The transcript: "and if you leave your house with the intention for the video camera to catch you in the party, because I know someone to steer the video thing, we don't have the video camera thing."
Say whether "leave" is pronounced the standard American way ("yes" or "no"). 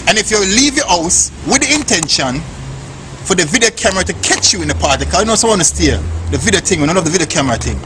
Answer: yes